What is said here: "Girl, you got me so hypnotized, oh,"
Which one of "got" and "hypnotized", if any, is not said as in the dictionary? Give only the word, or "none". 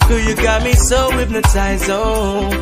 hypnotized